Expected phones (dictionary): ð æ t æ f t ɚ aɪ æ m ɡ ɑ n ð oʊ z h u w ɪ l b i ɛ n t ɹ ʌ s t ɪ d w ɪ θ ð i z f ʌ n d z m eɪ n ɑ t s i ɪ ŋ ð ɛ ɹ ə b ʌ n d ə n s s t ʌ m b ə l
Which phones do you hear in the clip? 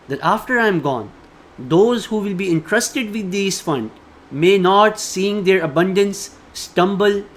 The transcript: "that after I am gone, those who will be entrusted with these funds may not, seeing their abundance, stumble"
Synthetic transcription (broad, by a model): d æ t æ f t ɚ aɪ m ɡ ɑ n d oʊ z h u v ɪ l b i ɛ n t ɹ ʌ s t ɪ d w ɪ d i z f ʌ n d m eɪ n ɑ t s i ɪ ŋ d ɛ ɹ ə b ʌ n d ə n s s t ʌ m b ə l